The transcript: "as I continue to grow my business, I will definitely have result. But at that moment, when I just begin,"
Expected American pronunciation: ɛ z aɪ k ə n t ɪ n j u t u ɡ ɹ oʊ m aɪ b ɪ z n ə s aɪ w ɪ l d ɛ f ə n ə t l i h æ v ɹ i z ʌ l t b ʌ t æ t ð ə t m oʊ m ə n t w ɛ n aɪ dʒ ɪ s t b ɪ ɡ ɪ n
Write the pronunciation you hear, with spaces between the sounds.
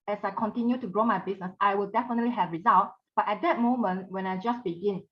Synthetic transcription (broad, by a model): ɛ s aɪ k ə n t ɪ n j u t u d ɹ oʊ m aɪ b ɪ s n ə s aɪ w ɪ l d ɛ f ə n ə t l i h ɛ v ɹ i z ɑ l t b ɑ t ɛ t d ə t m oʊ m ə n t w ɛ n aɪ dʒ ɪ s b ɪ ɡ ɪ n